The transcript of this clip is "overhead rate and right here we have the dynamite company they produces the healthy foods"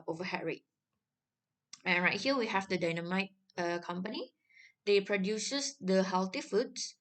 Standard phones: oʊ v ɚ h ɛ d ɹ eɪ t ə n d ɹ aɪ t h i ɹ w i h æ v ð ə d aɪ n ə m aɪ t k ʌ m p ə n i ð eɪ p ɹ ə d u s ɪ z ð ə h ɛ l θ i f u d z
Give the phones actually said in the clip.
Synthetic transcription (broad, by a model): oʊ v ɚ h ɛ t ɹ eɪ t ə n ɹ aɪ t h i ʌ w i h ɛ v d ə d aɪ n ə m aɪ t k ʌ m p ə n i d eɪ p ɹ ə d u s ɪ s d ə h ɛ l t i f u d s